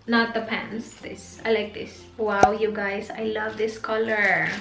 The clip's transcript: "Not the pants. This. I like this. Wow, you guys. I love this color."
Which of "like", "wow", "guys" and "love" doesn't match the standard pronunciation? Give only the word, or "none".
guys